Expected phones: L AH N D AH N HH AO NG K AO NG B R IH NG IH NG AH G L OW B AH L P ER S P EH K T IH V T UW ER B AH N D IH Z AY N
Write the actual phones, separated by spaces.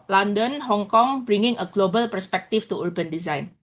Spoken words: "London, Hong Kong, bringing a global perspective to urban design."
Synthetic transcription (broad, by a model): L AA N D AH N HH AO NG K AO NG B R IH NG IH NG AH G L OW B AH L P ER S P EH K T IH F T UW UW B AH N D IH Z AY N